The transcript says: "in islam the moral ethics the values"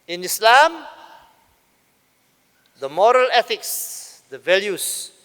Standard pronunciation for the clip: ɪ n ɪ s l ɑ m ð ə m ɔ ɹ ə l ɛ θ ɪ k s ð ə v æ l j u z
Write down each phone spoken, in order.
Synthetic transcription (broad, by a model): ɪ n ɪ s l ɑ m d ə m ɔ ɹ ə l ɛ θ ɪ k s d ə v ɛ l j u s